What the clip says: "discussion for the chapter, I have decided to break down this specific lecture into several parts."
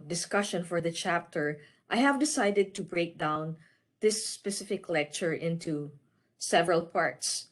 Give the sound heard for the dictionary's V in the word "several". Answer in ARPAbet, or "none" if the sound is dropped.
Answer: V